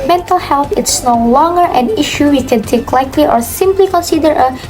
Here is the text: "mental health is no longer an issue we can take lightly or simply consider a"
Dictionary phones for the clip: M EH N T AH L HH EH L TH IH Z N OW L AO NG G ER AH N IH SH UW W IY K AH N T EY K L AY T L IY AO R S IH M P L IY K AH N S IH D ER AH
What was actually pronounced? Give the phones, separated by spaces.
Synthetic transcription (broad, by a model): M EH N T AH L HH EH L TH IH S N OW L AO NG G ER AH N IH SH UW W IY K AH N T EY K L AY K L IY AO R S IH M P L IY K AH N S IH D ER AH